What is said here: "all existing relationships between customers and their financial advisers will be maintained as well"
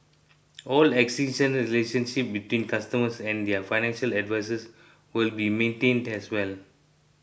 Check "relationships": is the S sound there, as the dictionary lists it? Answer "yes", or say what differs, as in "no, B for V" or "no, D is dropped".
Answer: no, S is dropped